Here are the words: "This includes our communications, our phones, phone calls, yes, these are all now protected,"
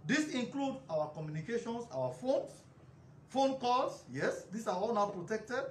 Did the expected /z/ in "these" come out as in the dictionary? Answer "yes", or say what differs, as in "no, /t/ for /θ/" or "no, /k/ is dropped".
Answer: no, /s/ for /z/